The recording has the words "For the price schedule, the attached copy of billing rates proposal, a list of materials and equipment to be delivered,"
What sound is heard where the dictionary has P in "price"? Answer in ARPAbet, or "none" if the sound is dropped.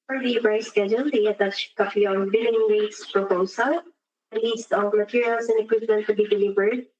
B